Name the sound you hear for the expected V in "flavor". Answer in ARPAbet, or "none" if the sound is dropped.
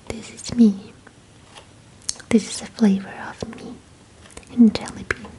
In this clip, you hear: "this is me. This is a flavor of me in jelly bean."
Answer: V